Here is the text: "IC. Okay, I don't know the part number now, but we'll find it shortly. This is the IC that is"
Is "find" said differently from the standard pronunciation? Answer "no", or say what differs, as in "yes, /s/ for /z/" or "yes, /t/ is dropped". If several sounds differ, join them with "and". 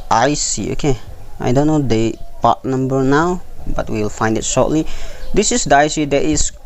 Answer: no